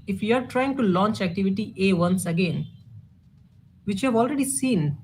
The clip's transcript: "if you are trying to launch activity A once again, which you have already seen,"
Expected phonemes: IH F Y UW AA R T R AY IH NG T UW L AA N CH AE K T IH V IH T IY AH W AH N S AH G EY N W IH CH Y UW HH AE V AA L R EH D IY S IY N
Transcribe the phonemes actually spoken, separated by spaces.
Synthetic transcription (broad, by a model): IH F Y UW AA R T R AY IH NG T UW L AA N CH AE K T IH V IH T IY AH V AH N S AH G EY N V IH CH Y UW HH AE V AA L R EH D IY S IY N